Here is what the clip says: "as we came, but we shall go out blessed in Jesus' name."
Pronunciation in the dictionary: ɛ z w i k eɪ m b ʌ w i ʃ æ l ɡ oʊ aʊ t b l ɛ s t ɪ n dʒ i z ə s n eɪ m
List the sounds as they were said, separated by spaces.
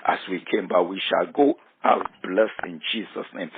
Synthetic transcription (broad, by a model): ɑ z w i k eɪ m b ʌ w i ʃ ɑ l ɡ oʊ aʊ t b l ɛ s ɪ n dʒ i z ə s n eɪ m